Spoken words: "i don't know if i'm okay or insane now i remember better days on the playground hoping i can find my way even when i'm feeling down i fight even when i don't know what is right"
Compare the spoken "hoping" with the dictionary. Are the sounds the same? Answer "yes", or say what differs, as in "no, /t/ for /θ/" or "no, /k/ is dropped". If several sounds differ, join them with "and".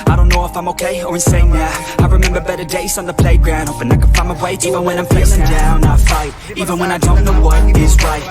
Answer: no, /f/ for /p/